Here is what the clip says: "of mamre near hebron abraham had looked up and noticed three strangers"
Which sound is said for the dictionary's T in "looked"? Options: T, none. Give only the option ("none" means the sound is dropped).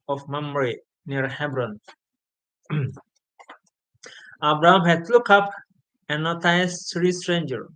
none